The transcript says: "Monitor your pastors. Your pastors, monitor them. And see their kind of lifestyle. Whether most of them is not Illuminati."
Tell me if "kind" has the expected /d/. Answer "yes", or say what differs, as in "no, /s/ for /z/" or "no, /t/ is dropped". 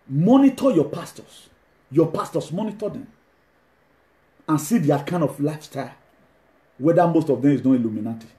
yes